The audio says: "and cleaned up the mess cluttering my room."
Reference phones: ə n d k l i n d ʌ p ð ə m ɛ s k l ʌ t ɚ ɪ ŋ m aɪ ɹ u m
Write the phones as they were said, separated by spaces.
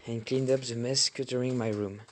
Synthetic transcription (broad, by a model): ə n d k l i n d ʌ p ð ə m ɛ s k ʌ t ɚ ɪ ŋ m aɪ ɹ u m